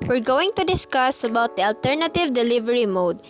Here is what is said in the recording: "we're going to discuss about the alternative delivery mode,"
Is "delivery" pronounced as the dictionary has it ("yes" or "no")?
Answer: yes